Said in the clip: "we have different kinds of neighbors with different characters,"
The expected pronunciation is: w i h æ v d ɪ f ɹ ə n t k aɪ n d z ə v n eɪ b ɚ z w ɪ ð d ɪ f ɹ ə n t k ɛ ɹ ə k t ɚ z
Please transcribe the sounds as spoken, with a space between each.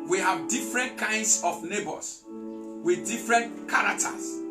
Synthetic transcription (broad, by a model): w i h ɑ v d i f ɹ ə n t k aɪ n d s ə f n eɪ b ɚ s w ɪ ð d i f ɹ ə n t k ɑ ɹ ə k t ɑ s